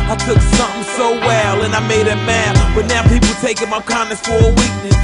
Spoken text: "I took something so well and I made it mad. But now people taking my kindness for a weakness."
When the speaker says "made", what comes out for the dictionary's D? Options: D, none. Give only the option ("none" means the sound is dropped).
D